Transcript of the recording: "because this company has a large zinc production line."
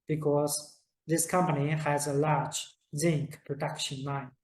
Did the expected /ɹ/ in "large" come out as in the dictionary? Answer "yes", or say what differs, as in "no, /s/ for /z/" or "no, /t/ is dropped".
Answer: yes